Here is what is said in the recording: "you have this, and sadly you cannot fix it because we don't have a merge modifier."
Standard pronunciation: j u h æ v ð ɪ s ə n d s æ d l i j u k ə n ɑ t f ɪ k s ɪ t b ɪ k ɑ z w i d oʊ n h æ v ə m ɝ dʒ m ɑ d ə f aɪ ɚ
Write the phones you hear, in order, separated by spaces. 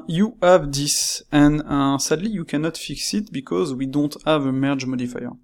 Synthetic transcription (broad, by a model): j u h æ v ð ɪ s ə n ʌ s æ d l i j u k ə n ɑ t f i k s ɪ t b ɪ k ɑ z w i d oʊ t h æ v ə m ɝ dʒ m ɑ d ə f aɪ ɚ